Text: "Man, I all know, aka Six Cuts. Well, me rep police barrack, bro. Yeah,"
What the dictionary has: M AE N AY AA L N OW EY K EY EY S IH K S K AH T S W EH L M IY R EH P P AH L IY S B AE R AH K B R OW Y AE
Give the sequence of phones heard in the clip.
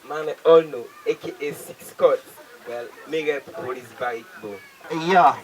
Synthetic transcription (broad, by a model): M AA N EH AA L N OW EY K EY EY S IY K S K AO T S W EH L M IY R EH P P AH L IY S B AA AH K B OW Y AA